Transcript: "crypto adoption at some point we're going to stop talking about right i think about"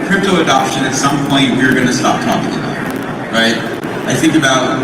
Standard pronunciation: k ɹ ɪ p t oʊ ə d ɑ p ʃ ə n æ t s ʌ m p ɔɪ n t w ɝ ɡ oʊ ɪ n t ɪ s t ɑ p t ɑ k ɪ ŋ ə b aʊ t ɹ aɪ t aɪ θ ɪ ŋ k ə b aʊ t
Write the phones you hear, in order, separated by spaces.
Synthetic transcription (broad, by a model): k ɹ ɪ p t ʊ ə d ɑ p ʃ ə n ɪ t s ʌ m p ɔɪ n t w ɝ ɡ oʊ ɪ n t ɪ s t ɑ p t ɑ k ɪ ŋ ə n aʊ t ɹ aɪ t aɪ θ ɪ ŋ k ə b aʊ t